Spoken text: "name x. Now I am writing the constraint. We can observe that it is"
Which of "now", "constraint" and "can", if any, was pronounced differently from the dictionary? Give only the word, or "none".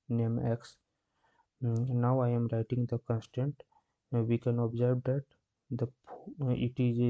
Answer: constraint